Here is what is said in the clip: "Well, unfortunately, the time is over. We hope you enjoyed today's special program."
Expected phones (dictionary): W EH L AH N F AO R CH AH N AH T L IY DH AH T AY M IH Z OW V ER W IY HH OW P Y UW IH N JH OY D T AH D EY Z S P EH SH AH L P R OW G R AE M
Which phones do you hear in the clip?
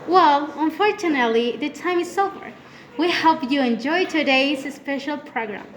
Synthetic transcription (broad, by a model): W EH L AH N F AO R CH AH N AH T L IY DH AH T AY M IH S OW B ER W IY HH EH P Y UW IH N JH OY T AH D EY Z S P EH SH AH L P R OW G R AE M